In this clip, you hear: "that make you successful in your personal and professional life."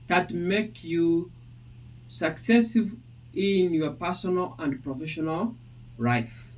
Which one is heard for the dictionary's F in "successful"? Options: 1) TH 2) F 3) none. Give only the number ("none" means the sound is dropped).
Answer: 3